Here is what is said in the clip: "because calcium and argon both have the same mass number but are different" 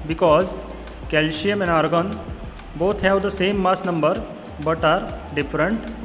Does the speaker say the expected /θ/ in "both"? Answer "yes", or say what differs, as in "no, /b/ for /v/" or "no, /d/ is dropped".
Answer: no, /t/ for /θ/